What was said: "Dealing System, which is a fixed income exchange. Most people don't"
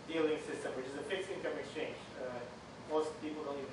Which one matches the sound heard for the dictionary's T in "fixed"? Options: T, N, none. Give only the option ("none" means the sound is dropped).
none